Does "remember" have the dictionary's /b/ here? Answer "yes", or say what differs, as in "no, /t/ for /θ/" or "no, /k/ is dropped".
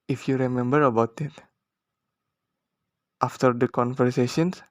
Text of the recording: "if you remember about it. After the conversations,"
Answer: yes